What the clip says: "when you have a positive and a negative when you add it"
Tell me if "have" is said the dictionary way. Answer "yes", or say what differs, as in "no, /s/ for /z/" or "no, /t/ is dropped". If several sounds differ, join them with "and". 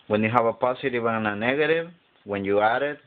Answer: no, /b/ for /v/